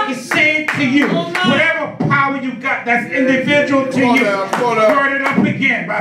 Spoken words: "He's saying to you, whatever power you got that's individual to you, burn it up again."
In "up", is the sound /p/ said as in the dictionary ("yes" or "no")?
yes